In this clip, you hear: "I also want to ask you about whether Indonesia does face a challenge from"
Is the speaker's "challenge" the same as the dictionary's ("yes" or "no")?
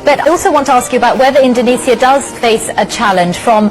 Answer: no